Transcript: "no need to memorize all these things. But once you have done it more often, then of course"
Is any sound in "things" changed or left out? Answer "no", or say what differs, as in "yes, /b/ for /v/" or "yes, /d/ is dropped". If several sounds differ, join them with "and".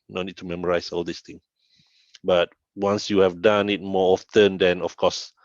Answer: yes, /z/ is dropped